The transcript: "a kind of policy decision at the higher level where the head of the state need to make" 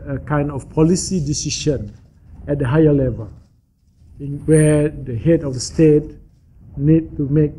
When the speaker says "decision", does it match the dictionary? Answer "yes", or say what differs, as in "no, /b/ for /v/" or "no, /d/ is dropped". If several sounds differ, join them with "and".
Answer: no, /ʃ/ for /ʒ/